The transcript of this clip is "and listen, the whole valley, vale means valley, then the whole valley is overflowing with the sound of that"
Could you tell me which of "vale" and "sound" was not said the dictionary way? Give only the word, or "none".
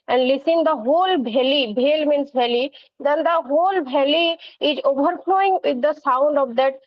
vale